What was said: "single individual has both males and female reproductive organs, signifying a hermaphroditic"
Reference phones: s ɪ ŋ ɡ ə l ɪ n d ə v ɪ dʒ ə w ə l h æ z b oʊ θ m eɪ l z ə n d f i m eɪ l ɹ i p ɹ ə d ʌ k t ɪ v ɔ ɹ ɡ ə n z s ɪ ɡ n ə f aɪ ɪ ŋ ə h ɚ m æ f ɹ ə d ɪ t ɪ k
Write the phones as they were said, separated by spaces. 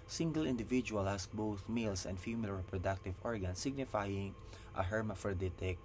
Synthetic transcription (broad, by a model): s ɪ ŋ ɡ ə l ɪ n d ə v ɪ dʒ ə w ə l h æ s b oʊ θ m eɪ l s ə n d f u m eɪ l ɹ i p ɹ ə d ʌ k t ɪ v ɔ ɹ ɡ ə n s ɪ ɡ n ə f aɪ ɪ ŋ ə h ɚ m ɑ f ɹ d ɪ t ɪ k